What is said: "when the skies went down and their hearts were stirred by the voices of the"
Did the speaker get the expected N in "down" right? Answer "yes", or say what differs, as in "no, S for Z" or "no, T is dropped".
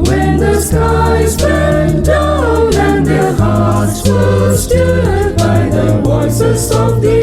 no, N is dropped